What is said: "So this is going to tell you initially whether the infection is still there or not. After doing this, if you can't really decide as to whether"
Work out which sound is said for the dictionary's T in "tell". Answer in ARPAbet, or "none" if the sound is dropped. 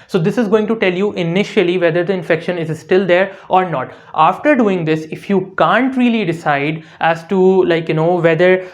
T